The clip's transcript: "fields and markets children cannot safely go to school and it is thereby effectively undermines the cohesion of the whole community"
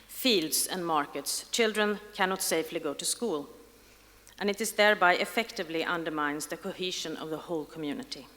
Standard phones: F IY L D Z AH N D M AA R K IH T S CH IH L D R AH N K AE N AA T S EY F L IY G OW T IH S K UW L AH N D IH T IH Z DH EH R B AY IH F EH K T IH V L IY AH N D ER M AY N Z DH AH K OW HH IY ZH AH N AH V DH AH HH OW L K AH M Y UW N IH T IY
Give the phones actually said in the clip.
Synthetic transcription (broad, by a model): F IY L D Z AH N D M AA R K IH T S CH IH L D R AH N K AE N AA T S EY F L IY G OW T IH S K UW L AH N IH T IH Z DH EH R B AY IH F EH K T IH V L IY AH N D ER M AY N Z DH AH K OW HH IY ZH AH N AH V DH AH HH OW L K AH M Y UW N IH T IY